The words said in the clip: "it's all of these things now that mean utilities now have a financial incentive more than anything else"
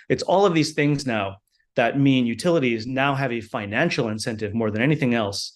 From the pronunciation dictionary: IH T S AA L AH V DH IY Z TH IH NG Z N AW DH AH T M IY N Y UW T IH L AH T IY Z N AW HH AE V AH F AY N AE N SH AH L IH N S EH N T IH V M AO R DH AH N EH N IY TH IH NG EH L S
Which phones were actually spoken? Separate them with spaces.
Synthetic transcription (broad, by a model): IH T S AA L AH V DH IY Z TH IH NG Z N AW DH AH T M IY N Y UW T IH L AH T IY Z N AW HH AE V AH F AY N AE N SH L IH N S EH N T IH V M AO R DH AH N EH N IY TH IH NG EH L S